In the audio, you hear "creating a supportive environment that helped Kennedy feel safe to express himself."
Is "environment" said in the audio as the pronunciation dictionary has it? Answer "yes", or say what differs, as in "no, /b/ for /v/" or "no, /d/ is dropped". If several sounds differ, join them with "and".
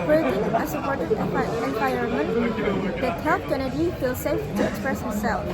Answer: no, /ɹ/ is dropped